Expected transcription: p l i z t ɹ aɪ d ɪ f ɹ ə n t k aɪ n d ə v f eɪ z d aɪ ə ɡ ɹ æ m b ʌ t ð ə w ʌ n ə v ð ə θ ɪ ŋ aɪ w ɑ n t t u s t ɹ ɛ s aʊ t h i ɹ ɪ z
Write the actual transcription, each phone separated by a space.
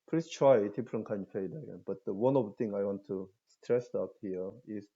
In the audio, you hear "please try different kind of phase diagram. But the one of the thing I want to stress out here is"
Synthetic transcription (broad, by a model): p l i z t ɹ aɪ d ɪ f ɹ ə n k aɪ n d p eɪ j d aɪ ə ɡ ɛ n b ʌ t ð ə w ʌ n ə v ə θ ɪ ŋ aɪ w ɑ n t t u s t ɹ ɛ s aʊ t h i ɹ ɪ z